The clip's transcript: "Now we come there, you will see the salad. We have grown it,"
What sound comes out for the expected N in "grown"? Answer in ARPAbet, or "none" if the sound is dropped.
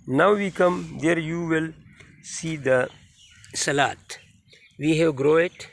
none